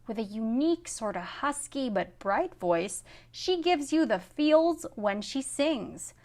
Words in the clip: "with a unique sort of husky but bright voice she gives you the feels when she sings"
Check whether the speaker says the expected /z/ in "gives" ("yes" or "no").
yes